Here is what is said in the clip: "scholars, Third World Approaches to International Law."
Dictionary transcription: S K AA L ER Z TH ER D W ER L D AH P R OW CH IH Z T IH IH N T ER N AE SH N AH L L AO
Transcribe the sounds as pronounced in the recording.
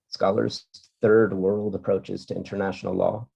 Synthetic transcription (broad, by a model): S K AA L ER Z TH ER D W ER L D AH P R OW CH IH Z T IH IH N T ER N AE SH N L L AO